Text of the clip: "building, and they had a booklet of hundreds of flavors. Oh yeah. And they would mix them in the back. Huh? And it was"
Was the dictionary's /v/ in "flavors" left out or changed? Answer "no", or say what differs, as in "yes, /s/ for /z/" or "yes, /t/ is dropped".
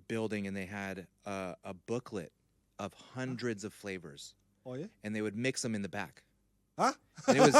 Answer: no